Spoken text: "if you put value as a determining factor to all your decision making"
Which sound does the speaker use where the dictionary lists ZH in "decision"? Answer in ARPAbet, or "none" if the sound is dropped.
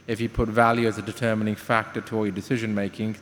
ZH